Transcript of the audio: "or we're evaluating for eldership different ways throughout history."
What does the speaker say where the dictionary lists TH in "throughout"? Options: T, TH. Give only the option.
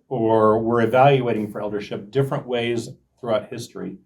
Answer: TH